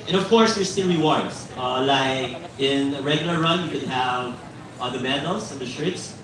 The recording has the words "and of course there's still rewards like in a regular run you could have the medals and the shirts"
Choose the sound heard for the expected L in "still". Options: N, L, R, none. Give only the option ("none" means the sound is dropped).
N